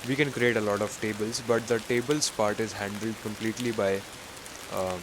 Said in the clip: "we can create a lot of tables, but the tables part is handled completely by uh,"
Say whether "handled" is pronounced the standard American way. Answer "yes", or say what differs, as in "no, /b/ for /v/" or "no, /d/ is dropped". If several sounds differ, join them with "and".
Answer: yes